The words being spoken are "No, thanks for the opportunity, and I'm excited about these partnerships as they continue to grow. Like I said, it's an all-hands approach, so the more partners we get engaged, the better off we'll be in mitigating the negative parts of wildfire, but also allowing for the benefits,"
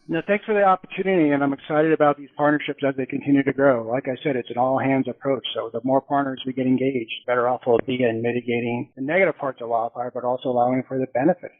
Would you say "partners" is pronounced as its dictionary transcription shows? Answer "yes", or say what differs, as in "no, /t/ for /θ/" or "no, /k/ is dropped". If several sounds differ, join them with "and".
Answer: yes